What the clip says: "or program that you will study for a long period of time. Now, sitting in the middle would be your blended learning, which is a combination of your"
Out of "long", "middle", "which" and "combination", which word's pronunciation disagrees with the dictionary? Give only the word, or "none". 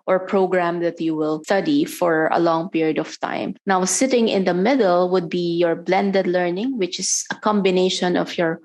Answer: none